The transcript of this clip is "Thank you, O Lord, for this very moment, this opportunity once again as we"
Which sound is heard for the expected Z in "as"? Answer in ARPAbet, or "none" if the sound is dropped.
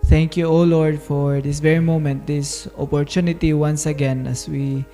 S